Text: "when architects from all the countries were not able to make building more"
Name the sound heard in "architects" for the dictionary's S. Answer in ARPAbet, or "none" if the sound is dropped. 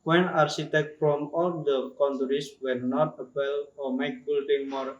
none